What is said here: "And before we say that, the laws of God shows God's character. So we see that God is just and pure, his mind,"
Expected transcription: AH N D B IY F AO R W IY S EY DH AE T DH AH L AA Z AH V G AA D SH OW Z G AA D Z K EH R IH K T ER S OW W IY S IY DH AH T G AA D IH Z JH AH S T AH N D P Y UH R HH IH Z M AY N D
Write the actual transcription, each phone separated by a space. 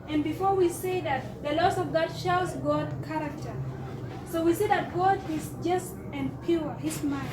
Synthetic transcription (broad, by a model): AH N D B IY F AO R W IY S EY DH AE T DH AH L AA S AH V G AA D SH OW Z G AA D K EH R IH K T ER S OW W IY S IY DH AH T G AA D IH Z JH AH S T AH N P Y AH R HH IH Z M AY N